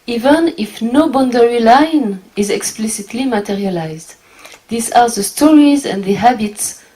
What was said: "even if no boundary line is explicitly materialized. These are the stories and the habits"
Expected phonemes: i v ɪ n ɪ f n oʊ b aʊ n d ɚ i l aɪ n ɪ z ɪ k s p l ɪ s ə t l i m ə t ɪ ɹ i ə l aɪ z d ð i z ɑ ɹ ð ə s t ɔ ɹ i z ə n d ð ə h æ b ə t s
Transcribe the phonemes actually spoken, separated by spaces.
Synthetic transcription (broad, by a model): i v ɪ n ɪ f n oʊ b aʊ n d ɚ i l aɪ n ɪ z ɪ k s p l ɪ s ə t l i m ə t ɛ ɹ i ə l aɪ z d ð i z ɑ ɹ ð ə s t ɔ ɹ i z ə n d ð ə h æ b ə t s